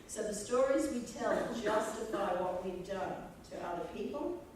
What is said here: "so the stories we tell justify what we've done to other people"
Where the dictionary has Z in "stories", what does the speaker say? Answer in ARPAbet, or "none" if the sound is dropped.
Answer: Z